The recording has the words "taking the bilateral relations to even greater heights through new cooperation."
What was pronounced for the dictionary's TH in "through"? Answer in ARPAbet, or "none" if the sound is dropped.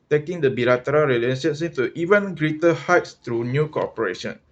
T